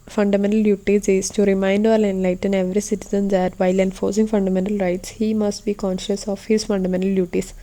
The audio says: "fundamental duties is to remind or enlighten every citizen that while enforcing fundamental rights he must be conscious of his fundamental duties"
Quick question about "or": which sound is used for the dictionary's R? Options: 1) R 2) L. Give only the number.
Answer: 2